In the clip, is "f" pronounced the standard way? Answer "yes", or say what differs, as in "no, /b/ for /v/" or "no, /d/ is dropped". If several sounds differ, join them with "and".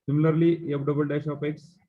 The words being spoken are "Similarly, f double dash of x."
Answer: no, /p/ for /f/